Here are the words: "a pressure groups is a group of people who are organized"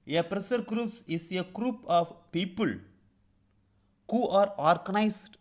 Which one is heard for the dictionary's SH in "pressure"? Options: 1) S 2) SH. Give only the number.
1